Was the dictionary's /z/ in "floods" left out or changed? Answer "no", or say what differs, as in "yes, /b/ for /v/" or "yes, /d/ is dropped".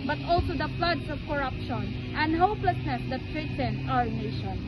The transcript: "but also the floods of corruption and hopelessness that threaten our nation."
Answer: yes, /s/ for /z/